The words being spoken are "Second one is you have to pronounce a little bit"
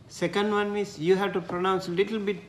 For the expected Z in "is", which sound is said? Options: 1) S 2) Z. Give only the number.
1